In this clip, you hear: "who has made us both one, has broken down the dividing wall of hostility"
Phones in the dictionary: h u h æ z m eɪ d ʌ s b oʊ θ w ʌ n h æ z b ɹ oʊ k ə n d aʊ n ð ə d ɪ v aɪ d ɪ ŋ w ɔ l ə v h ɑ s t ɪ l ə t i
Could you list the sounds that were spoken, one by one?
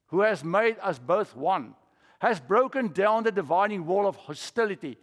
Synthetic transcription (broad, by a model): h u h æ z m eɪ d ʌ s b oʊ θ w ʌ n h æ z b ɹ oʊ k ə n d aʊ n ð ə d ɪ v aɪ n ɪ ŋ w ɔ l ə v h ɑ s t ɪ l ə t i